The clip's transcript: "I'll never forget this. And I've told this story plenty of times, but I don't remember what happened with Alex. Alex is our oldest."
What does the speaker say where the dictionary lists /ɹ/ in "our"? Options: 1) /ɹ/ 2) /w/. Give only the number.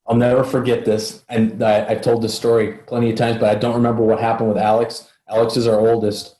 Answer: 1